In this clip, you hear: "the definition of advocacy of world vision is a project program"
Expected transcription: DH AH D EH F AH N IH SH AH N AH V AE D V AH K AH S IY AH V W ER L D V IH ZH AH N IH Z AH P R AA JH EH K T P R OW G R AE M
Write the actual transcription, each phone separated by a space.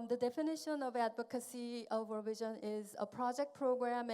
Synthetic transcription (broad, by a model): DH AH D EH F AH N IH SH AH N AH V AE D V AH K AH S IY AH V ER V IH ZH AH N IH Z AH P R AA JH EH K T P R OW G R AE M